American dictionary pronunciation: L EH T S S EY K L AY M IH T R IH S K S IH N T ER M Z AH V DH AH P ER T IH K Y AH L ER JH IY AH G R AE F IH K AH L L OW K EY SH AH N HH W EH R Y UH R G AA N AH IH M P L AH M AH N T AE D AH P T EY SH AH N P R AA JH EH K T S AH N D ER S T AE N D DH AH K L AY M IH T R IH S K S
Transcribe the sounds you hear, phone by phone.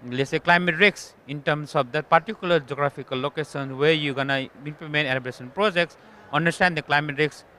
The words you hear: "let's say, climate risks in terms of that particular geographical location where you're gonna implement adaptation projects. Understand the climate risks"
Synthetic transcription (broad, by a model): L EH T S S EY K L AY M IH T R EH K S IH N T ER M S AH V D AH P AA T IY K Y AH L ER JH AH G R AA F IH K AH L L OW K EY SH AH N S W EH R Y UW G AA N AH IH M P L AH M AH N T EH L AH B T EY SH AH N P R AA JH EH K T S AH N D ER S T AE N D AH K L AY M IH T R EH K S